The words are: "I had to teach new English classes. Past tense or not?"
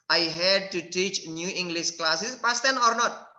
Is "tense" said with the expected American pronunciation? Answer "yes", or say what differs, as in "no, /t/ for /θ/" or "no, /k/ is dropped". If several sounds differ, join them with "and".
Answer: no, /s/ is dropped